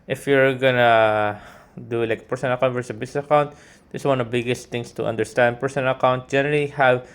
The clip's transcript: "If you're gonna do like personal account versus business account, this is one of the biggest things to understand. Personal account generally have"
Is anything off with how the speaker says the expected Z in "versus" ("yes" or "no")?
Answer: yes